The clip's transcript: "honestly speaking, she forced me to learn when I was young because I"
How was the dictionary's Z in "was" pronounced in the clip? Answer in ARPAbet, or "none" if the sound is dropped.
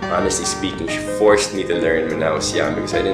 S